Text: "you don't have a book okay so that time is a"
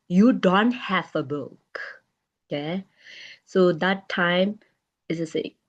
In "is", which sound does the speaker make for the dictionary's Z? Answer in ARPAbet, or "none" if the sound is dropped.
S